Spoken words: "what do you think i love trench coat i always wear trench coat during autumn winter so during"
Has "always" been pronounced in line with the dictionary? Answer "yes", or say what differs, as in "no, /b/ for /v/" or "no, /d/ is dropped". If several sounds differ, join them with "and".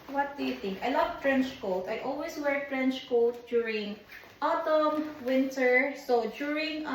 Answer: no, /s/ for /z/